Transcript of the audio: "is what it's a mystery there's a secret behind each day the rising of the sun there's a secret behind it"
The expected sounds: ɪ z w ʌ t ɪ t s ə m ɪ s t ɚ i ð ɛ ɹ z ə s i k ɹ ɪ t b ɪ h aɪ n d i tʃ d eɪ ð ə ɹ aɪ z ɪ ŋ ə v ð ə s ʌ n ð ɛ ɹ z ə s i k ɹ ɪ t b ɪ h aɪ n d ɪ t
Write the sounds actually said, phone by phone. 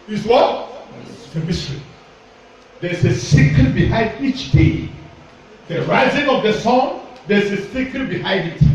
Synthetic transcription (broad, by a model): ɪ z w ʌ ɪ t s ə m ɪ s t ɚ i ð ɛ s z ə s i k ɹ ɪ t b ɪ h aɪ n d i tʃ d eɪ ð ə ɹ aɪ z ɪ ŋ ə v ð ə s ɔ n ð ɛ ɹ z ə s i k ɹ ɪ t b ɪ h aɪ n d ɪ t